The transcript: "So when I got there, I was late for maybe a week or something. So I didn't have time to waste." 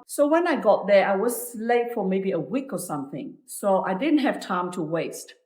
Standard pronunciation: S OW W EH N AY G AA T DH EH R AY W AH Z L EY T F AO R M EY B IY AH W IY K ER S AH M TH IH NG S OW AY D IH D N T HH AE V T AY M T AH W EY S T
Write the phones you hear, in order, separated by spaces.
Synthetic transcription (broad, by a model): S OW W EH N AY G AA T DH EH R AY W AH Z L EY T F AO R M EY B IY AH W IY K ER S AH M TH IH NG S OW AY D IH D N T HH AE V T AY M T AH W EY S T